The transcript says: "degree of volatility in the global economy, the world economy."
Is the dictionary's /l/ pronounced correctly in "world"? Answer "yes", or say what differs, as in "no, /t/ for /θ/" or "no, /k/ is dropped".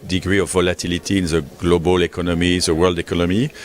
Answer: yes